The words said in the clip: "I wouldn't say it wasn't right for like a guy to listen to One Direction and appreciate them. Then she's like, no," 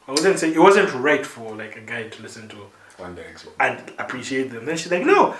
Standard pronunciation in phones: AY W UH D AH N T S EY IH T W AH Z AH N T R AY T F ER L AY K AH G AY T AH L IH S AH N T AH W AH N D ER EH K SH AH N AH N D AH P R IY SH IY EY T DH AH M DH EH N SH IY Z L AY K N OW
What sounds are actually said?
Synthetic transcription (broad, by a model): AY W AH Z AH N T S EY IH T W AH Z AH N T R AY T F ER L AY K AH G AY T AH L IH S AH N T AH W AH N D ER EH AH AH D AH P R IY SH IY EY T DH AH M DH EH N SH IY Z L AY K N OW